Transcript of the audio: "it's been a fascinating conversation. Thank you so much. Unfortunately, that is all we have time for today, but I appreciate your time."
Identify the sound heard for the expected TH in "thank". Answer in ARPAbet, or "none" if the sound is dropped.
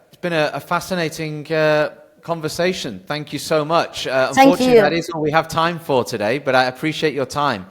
TH